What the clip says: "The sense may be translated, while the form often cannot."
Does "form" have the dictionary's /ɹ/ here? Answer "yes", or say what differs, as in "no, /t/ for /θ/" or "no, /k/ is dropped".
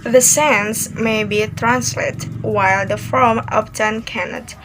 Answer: no, /l/ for /ɹ/